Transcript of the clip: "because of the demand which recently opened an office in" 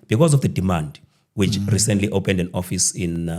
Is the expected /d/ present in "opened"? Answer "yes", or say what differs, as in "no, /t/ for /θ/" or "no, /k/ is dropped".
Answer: yes